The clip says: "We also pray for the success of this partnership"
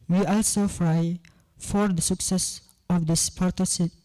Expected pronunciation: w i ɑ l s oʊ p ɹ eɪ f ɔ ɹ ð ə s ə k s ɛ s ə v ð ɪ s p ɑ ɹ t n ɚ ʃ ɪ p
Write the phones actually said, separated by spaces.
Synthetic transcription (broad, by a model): w i ɑ l s oʊ f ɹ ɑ f ɔ ɹ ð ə s ə k s ɛ s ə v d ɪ s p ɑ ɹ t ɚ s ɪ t